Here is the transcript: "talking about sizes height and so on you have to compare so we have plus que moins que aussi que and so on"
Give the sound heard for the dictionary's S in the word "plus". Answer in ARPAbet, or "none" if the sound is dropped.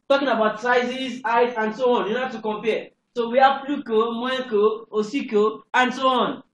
none